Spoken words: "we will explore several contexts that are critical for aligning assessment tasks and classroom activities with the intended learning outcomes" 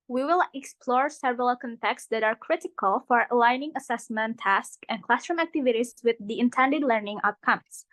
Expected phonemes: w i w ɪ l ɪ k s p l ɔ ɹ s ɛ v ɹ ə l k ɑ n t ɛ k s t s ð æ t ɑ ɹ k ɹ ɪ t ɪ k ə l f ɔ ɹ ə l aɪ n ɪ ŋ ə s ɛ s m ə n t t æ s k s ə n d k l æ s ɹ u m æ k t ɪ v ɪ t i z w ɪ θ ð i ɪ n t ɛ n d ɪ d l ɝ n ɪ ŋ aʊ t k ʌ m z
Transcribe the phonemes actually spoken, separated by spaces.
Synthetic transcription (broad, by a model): w i w ɪ l ɪ k s p l ɔ ɹ s ɛ v ɹ ə l k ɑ n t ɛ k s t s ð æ t ɑ ɹ k ɹ ɪ t ɪ k ə l f ɔ ɹ ə l aɪ n ɪ ŋ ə s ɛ s m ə n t t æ s k ə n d k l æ s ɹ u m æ k t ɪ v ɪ t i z w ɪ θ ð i ɪ n t ɛ n d ɪ d l ɝ n ɪ ŋ aʊ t k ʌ m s